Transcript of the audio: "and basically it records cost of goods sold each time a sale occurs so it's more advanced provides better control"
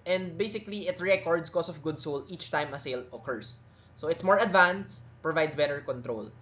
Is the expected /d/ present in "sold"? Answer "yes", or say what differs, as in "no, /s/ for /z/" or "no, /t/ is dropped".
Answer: no, /d/ is dropped